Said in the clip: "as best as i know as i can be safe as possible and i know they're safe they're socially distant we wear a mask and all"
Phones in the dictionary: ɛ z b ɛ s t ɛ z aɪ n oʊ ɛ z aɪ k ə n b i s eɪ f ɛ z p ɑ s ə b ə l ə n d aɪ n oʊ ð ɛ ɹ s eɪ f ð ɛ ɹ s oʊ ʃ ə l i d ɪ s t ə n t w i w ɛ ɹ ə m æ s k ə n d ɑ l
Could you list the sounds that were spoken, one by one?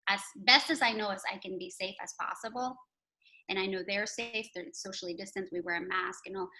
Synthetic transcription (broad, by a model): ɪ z b ɛ s t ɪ z aɪ n oʊ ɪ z aɪ k ə n b i s eɪ f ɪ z p ɑ s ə b l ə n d aɪ n oʊ ð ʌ ɹ s eɪ f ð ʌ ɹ s oʊ ʃ l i d ɪ s t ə n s w i w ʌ ɹ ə m æ s k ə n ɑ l